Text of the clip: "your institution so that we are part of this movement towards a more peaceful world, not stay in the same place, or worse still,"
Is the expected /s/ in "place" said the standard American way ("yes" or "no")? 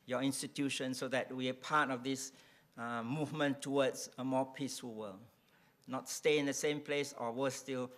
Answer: yes